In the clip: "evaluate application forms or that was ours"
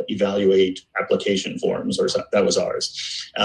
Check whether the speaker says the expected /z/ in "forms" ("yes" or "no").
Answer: yes